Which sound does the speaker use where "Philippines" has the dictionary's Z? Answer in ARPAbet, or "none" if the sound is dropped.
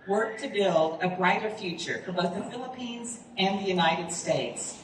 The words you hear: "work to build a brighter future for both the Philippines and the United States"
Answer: Z